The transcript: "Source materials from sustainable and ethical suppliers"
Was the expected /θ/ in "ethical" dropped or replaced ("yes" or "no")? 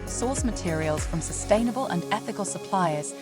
no